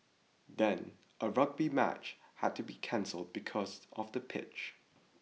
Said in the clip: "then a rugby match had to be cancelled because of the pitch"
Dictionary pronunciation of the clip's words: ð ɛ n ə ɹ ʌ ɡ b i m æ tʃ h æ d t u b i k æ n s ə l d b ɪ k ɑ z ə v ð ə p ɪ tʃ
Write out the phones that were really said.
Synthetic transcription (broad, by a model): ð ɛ n ə ɹ ʌ ɡ b i m æ tʃ h æ d t u b i k æ n s ə l d b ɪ k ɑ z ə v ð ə p ɪ tʃ